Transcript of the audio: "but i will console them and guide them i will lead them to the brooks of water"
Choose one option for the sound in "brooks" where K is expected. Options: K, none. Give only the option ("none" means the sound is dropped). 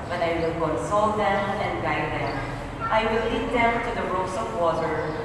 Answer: none